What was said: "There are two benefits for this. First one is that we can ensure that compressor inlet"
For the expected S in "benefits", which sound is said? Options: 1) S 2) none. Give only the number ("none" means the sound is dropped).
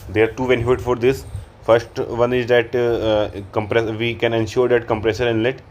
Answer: 2